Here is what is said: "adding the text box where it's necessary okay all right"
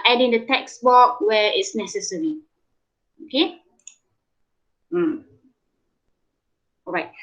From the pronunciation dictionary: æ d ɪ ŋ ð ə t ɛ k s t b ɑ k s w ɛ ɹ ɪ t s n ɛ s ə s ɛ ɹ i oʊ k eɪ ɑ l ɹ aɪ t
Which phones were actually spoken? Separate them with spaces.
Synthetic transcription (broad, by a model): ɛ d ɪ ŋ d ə t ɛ k s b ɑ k w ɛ ɪ t s n ɛ s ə s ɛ ɹ i oʊ k eɪ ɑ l ɹ aɪ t